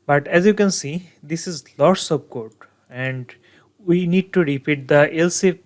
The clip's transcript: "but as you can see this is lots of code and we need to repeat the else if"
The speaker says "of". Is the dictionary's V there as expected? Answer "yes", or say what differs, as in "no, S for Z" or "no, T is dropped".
no, B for V